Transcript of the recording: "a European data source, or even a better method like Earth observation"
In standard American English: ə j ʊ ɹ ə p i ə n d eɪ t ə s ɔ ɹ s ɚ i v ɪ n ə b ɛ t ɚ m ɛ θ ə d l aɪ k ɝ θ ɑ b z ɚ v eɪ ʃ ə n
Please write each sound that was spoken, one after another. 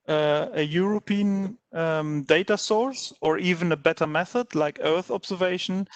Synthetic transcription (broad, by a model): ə j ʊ ɹ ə p i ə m d eɪ t ə s ɔ ɹ s ɚ i v ɪ n ə b ɛ t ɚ m ɛ θ ə d l aɪ k ɝ θ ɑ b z ɚ v eɪ ʃ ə n